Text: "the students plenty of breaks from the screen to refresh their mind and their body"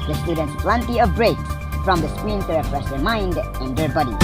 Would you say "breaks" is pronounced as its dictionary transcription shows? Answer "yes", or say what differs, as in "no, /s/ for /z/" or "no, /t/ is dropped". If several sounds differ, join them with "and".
no, /s/ is dropped